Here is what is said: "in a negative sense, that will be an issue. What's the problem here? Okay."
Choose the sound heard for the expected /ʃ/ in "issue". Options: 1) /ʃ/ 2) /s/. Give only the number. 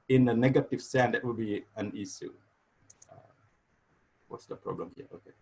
2